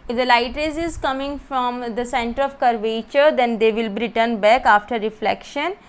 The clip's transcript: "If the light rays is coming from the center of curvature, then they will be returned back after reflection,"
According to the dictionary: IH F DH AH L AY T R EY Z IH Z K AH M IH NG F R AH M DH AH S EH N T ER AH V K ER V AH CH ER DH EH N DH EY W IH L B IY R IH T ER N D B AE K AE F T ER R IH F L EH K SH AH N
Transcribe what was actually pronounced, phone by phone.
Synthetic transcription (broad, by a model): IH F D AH L AY T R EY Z IH Z K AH M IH NG F R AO M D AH S EH N T ER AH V K ER V AH CH ER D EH N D EY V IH L B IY R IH T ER N B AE K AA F T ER R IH F L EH K SH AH N